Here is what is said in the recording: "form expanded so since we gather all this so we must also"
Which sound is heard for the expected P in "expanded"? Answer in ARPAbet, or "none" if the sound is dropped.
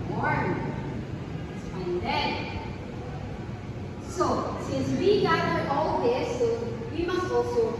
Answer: F